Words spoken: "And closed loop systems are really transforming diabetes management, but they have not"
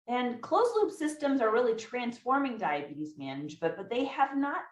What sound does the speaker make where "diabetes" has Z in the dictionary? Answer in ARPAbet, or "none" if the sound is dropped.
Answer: Z